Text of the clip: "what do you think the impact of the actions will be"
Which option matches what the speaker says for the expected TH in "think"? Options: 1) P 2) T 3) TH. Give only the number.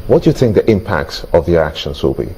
3